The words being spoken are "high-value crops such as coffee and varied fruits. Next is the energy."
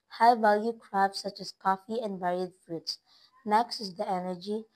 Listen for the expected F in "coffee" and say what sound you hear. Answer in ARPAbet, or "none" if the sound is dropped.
F